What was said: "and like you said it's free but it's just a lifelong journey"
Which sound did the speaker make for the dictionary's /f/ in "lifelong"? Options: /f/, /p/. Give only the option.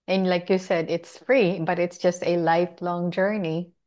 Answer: /f/